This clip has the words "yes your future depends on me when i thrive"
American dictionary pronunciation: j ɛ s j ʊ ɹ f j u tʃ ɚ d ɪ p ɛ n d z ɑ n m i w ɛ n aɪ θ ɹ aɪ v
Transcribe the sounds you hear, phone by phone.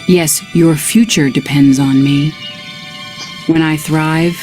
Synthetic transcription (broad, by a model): j ɛ s j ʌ ɹ f j u tʃ ɚ d ɪ p ɛ n d z n m i w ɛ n aɪ θ ɹ aɪ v